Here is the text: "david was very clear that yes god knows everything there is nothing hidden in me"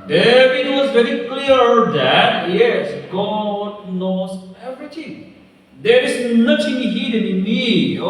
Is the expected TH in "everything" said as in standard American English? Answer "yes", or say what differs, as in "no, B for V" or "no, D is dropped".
no, T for TH